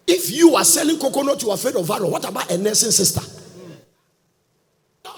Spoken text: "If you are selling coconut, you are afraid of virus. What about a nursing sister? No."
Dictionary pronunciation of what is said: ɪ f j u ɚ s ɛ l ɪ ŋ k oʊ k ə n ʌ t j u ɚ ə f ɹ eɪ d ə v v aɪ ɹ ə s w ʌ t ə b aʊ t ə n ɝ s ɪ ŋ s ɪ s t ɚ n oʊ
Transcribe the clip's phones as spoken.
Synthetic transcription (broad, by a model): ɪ f j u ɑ s ɛ l ɪ ŋ k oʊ k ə n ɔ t j u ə f eɪ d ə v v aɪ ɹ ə w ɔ t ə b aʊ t ə n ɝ s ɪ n s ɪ s t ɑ